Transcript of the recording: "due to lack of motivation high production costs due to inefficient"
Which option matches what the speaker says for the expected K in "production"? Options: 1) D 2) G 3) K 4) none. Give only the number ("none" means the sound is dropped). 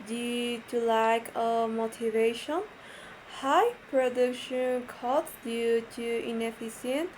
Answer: 3